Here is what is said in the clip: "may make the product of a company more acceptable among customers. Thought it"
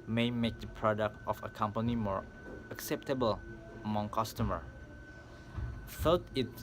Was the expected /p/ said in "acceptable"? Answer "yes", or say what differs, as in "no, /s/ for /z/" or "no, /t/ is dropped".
yes